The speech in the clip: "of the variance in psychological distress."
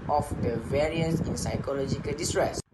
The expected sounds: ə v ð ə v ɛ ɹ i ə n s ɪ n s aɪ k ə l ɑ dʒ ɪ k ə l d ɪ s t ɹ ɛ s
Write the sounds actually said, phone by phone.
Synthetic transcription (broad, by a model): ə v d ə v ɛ ɹ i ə s ɪ n s aɪ k ə l ɑ dʒ ɪ k ə l d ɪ s t ɹ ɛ s